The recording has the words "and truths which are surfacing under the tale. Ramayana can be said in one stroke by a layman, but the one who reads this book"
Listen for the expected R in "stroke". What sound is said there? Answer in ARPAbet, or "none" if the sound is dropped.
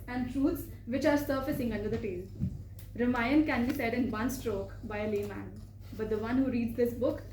R